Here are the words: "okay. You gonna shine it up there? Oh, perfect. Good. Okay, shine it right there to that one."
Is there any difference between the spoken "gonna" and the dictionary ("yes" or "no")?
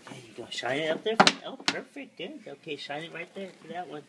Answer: yes